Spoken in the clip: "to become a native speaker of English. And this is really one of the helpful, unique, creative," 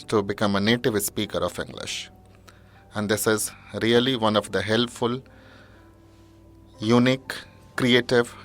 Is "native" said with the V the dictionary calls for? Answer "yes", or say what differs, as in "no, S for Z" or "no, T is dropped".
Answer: yes